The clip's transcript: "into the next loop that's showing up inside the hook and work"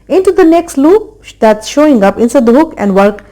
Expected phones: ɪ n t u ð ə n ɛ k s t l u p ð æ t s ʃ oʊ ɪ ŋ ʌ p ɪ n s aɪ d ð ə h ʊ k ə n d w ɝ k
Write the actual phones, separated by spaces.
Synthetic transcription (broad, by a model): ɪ n t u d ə n ɛ k s t l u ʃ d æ t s ʃ oʊ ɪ ŋ ʌ p ɪ n s aɪ d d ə h ʊ k ə n d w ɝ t